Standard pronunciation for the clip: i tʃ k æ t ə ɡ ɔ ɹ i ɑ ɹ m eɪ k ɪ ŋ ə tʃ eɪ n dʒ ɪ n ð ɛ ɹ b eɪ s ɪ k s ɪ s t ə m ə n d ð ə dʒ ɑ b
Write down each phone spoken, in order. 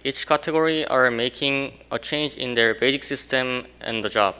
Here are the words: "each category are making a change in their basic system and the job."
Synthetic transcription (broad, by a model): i tʃ k æ t ə ɡ ɔ ɹ i ɑ ɹ m eɪ k ɪ ŋ ə tʃ eɪ n dʒ ɪ n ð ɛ ɹ b eɪ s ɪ k s ɪ s t ə m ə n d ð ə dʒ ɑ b